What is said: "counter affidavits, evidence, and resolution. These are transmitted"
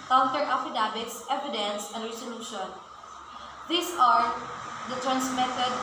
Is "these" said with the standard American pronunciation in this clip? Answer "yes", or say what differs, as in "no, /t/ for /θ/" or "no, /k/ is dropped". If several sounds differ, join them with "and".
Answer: no, /s/ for /z/